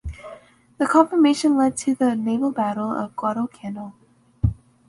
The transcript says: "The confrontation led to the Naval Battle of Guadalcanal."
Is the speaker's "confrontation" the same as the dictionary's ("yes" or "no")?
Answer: no